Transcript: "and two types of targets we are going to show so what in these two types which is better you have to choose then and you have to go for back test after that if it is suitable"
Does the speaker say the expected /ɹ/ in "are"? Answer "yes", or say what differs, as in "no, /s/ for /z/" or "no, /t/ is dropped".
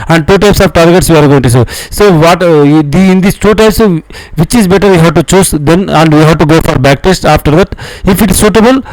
yes